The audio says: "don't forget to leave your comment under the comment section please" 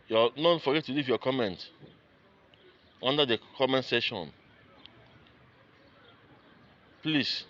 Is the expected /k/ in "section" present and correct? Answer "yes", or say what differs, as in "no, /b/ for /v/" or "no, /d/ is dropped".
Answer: no, /k/ is dropped